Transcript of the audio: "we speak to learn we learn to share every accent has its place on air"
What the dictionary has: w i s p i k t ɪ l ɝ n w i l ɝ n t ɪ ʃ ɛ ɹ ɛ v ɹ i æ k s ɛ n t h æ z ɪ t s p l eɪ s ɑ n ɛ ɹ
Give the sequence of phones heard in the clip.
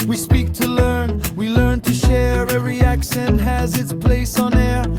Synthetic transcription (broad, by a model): w i s p i k t ɪ l ɝ n w i l ɝ n t ɪ ʃ ɛ ɹ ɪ ɹ i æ k ʃ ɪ n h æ z ɪ t s p l eɪ s n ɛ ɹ